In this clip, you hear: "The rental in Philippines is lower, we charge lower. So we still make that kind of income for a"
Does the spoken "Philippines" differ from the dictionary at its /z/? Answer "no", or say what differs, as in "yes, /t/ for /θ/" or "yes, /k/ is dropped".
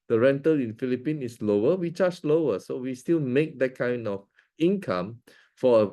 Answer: yes, /z/ is dropped